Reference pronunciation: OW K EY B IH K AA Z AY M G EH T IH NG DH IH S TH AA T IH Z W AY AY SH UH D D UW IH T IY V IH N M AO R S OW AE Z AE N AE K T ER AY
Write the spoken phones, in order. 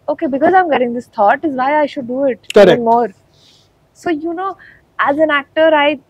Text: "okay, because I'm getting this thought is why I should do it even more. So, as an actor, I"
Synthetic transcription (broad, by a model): OW K EY B IH K AA Z AY M G EH T IH NG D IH S T AA T IH Z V AY AY SH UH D D UW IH T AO IH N M AO R S OW AE Z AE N AE K T ER AY